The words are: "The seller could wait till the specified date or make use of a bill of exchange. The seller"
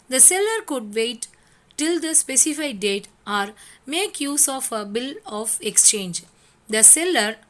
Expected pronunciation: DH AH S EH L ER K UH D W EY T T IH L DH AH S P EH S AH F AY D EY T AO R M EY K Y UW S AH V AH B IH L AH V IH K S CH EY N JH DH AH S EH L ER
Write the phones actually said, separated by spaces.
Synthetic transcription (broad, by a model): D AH S EH L ER K UH D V EY T T IH L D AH S P EH S AH F AY D EY T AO R M EY K Y UW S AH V AH B IH L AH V IH K S CH EY N JH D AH S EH L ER